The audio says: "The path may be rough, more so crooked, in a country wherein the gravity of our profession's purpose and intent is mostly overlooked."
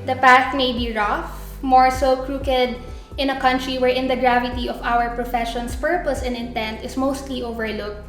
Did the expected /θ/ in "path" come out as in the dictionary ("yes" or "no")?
no